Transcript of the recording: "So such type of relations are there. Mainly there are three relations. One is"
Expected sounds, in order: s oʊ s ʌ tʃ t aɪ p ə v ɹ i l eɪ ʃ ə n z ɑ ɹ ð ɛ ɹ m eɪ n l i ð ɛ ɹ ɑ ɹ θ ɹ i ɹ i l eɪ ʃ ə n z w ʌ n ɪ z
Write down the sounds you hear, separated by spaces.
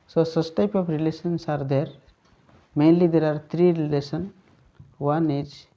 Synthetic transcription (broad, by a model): s oʊ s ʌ s t aɪ p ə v ɹ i l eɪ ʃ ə n s ɑ ɹ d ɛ ɹ m eɪ n l i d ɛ ɹ ɑ ɹ t ɹ i ɹ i l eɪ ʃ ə n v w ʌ n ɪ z